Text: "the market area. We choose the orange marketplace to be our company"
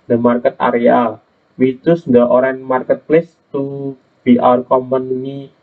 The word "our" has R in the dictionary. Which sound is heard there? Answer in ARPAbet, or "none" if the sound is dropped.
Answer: R